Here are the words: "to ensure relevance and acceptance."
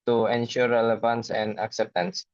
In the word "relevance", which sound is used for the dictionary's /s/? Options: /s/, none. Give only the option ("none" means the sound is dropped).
/s/